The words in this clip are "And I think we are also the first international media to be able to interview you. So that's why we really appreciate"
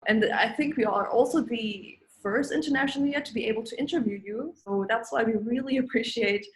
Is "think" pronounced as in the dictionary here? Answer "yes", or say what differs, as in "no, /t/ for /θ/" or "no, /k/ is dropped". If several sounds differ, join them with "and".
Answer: yes